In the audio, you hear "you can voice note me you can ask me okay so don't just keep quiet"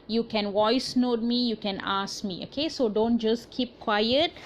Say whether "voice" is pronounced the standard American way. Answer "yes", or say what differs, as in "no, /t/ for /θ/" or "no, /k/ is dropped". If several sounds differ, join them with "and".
no, /w/ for /v/